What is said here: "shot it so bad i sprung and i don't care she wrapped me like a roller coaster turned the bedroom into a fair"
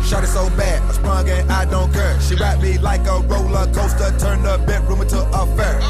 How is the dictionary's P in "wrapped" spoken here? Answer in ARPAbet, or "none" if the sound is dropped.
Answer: none